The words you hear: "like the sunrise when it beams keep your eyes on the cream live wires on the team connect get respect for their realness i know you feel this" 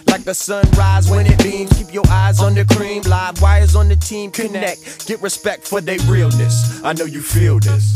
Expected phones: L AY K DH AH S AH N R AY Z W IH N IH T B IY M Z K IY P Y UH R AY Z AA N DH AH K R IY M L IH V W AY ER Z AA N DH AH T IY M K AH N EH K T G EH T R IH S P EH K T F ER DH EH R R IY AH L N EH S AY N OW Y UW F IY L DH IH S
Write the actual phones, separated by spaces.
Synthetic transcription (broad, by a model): L AY K DH AH S AH N R AY Z W IH N IH T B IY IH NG K IY P Y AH R AY Z N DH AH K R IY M L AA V W AY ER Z N DH AH T IY M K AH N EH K G EH T R IH S P EH K T F ER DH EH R R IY L N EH S AY N OW Y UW F IY L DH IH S